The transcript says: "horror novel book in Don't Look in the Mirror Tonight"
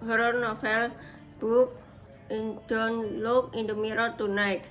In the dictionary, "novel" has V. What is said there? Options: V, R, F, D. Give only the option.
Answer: F